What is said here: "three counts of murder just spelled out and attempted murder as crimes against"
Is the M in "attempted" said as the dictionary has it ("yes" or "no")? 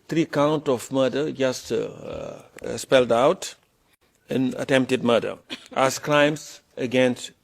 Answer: yes